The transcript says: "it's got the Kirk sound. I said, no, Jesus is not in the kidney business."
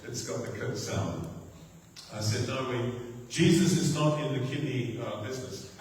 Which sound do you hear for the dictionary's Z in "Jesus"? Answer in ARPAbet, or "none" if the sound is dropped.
Z